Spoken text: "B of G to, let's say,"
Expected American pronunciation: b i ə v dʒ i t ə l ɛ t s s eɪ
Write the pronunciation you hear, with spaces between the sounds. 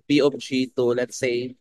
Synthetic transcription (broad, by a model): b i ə p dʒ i t ə l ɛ t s s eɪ